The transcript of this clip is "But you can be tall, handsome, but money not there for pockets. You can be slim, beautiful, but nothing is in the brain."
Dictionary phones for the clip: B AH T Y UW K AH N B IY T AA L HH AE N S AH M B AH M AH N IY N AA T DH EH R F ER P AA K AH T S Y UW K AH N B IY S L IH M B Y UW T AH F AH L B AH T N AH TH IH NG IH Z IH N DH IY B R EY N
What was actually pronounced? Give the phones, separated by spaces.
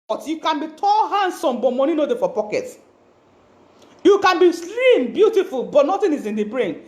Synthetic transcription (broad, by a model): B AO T Y UW K AH N B IY T AA L HH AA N S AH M B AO M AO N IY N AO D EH F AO P AA K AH T Y UW K AH N B IY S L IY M B Y UW T AH F AH L B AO T N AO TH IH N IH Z IH N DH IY B R EY N